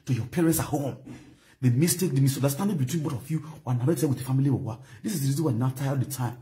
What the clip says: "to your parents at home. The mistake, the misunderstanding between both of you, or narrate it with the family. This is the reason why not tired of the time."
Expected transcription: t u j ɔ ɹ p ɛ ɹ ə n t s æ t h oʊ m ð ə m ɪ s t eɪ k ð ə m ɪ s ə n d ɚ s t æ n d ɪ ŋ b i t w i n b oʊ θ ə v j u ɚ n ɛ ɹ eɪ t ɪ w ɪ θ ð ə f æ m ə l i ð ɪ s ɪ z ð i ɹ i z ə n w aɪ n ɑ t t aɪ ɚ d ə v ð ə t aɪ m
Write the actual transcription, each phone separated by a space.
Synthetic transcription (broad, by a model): t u j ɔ p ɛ ɹ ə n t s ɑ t h oʊ m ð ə m ɪ s t eɪ k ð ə m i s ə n d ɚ s t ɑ n d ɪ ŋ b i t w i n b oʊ t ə f j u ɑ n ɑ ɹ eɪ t ɪ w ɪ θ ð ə f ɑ m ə l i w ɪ s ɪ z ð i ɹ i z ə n w aɪ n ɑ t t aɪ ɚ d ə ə t aɪ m